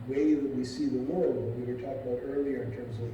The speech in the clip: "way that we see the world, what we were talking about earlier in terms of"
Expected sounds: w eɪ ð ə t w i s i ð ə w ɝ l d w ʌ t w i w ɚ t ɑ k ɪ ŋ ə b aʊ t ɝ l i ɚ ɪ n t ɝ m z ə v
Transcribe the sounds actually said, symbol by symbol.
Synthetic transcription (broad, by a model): w eɪ ð ə t w i s i ð ə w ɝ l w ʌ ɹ w i w ɚ t ɑ k ə b aʊ t ɝ l i ɚ ɪ n t ɝ m z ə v